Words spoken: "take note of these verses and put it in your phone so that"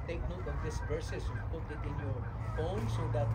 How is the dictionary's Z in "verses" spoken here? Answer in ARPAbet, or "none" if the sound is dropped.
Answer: S